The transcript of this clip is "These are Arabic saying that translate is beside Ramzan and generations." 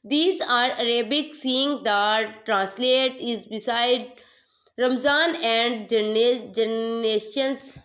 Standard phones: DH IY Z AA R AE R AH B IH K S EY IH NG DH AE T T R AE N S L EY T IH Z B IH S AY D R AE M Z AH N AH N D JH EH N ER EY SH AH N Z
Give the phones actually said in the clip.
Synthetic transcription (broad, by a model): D IY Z AA R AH R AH B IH K S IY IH NG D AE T T R AE N S L EY T IH Z B IH S AY D R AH M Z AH N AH N D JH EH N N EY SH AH N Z